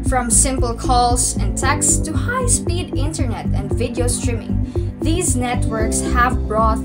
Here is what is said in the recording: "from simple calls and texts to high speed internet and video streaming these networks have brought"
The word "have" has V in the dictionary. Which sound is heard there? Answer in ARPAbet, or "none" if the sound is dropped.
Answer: V